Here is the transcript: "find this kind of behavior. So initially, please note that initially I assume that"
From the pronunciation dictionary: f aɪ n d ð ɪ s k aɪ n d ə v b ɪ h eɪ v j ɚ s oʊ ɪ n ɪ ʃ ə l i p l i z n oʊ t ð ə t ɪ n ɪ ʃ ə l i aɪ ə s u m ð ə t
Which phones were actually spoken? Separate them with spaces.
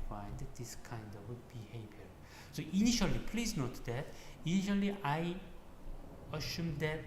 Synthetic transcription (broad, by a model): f aɪ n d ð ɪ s k aɪ n d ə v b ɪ h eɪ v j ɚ s oʊ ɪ n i ʃ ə l i p l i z n oʊ t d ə t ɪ n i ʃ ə l i aɪ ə ʃ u m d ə t